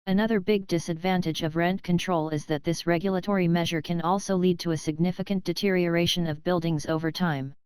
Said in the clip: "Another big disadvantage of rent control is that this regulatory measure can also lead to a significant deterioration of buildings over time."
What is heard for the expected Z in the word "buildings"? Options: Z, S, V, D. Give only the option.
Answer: Z